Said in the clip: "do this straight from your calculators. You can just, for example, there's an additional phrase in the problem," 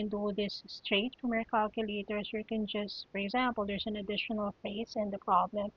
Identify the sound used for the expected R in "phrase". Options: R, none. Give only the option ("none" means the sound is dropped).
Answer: none